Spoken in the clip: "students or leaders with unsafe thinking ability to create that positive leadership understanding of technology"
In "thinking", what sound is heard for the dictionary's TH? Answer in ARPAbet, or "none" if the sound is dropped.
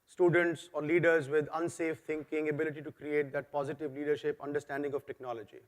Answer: T